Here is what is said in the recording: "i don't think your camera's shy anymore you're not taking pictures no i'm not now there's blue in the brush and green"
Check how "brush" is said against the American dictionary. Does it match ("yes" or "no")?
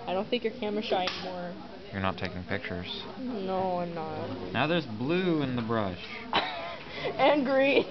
yes